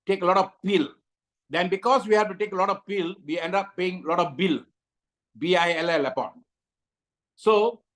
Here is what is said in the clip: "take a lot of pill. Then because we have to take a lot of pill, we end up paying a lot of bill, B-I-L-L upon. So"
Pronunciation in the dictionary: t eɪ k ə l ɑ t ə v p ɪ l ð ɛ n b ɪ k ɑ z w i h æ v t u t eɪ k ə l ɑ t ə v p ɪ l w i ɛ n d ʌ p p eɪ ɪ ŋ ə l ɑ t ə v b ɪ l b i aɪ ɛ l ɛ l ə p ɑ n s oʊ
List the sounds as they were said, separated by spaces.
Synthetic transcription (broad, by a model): t eɪ k ə l ɑ t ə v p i l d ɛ n b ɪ k ɑ s w i h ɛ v t u t eɪ k ə l ɑ t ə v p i l w i ɛ n d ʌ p p eɪ ɪ ŋ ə l ɑ t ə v b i l b i aɪ ɛ l ɛ l ə p ɑ n s oʊ